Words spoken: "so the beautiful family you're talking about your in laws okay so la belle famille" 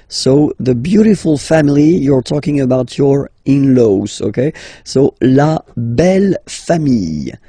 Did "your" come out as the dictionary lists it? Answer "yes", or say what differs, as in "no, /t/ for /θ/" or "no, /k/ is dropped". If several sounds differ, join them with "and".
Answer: yes